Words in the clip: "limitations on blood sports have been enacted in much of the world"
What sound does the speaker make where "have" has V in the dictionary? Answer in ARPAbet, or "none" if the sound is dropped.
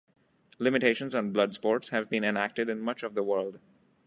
V